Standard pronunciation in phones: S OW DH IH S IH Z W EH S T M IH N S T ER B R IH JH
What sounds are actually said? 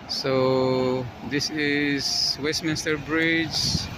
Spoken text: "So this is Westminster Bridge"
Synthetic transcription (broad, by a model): S OW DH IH S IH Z W EH S T M IH N S T ER B R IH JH